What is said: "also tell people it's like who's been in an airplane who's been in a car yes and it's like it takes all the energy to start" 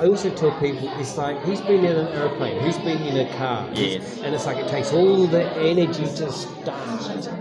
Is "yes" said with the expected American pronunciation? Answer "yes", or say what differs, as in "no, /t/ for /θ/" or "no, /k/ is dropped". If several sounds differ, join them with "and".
no, /s/ is dropped